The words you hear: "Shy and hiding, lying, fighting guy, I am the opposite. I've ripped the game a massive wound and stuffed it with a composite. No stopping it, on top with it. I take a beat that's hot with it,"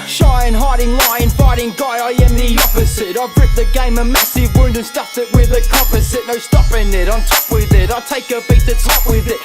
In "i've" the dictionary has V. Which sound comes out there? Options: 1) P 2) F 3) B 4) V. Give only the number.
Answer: 3